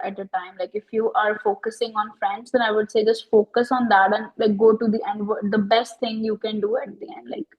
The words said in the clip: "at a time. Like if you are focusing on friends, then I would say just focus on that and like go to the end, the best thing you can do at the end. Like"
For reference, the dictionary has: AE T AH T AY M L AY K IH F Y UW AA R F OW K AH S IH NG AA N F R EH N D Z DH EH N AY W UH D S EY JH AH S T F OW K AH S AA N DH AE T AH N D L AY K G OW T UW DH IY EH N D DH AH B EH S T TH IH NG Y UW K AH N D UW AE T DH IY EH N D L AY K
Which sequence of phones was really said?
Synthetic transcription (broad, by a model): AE T AH T AY M L AY K IH F Y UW AA R F OW K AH S IH NG AA N F R EH N D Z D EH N AY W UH D S EY JH AH S T F OW K AH S AA N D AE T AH N L AY K G OW T UW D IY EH N D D AH B EH S T T IH NG Y UW K AH N D UW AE T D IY EH N D L AY K